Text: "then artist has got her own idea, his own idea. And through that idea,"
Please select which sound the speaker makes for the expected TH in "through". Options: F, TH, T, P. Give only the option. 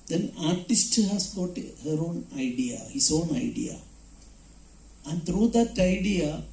T